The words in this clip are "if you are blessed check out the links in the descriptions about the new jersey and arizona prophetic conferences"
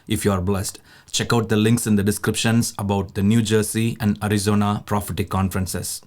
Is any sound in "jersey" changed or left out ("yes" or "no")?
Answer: yes